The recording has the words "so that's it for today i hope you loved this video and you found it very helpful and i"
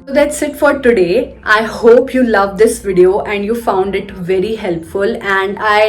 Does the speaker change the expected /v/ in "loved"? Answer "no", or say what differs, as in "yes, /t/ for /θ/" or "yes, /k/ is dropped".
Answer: no